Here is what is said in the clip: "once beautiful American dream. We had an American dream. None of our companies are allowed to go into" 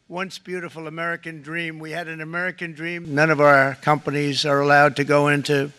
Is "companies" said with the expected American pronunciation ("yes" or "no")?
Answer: yes